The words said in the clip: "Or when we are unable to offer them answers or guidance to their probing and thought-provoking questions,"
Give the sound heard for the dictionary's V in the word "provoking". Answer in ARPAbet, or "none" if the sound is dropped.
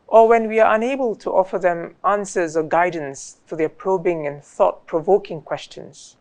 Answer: V